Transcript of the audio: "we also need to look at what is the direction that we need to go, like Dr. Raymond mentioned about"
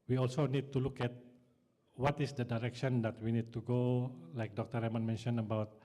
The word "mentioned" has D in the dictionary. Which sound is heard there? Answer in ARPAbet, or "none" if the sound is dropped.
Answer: none